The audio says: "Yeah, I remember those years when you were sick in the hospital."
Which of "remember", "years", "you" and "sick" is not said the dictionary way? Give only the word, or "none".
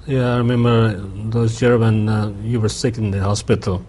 years